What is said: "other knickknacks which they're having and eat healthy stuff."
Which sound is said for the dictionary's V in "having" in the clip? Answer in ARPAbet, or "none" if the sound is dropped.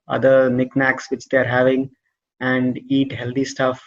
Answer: V